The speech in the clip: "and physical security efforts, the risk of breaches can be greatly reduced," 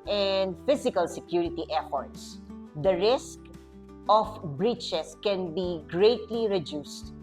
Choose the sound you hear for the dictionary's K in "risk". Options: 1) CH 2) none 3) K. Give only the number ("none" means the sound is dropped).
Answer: 3